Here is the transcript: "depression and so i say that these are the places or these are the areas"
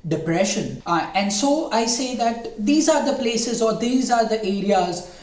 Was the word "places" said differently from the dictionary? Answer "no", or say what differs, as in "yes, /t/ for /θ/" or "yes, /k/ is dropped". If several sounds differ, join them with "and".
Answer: no